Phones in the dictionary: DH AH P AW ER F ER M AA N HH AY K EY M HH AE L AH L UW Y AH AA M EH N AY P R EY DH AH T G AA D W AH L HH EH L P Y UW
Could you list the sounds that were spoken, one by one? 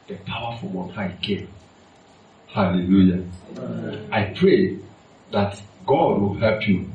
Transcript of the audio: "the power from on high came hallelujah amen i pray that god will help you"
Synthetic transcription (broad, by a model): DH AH P AW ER F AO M AA N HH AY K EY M HH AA L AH L UW Y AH AA IH P R EY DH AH T G AA D W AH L HH EH L P Y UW